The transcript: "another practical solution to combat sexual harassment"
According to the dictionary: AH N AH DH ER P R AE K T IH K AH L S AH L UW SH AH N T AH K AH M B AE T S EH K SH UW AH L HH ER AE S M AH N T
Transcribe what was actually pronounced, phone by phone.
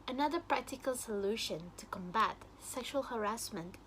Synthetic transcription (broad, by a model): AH N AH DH ER P R AE K T IH K AH L S AH L UW SH AH N T AH K AH M B AE T S EH K SH UW AH L HH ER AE S M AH N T